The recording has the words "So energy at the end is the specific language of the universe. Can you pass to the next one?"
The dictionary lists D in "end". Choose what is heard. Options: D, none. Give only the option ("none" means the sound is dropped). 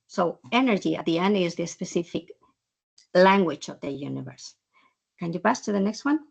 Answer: D